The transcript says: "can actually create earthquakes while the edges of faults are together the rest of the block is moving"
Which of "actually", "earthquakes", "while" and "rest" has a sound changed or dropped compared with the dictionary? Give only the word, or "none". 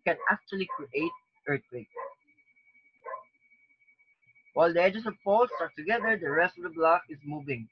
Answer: earthquakes